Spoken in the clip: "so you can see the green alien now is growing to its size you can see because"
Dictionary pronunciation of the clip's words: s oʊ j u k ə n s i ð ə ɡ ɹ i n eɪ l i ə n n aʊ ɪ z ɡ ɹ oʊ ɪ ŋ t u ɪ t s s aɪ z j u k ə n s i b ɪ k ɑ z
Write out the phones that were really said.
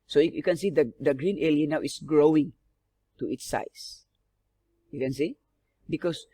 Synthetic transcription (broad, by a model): s oʊ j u k ə n s i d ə ɡ ɹ i n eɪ l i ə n n aʊ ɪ s ɡ ɹ oʊ ɪ ŋ t u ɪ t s s aɪ s j u k ə n s i b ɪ k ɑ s